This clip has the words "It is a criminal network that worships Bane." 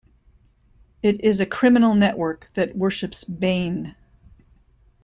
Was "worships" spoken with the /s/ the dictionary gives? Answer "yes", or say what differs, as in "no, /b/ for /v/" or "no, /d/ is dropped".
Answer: yes